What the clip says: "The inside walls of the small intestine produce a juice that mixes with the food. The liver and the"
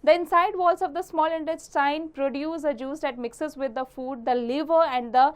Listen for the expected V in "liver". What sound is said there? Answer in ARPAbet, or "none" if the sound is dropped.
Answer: V